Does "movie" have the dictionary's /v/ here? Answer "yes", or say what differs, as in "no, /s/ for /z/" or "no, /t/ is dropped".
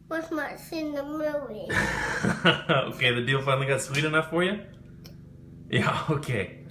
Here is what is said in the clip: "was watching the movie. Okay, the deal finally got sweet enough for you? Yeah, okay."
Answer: no, /v/ is dropped